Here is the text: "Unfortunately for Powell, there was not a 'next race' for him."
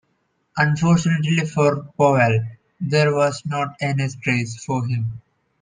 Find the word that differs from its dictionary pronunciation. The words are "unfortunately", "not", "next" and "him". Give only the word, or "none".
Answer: next